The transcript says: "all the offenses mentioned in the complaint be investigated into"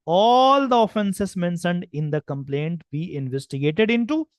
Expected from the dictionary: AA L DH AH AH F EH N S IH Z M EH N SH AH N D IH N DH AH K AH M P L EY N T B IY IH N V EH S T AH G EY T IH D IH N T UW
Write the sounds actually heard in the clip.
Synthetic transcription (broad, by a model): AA L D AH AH F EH N S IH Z M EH N S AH N D IH N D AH K AH M P L EY N T B IY IH N V EH S T AH G EY T IH D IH N T UW